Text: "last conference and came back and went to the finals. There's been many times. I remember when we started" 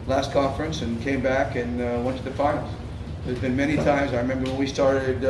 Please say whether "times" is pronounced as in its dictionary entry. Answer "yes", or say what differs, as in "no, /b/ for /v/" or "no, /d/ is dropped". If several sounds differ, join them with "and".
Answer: yes